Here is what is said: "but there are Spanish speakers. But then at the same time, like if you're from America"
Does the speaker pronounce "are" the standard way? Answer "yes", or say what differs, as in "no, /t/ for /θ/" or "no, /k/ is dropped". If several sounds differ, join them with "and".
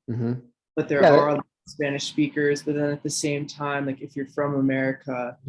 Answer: no, /l/ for /ɹ/